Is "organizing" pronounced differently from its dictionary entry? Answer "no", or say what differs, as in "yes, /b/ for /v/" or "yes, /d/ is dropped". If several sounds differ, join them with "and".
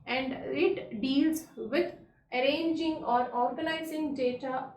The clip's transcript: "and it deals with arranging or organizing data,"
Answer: yes, /l/ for /n/